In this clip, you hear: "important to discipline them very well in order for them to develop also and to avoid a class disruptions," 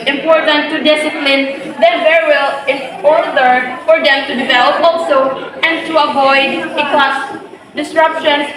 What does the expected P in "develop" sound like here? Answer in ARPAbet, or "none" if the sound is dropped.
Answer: P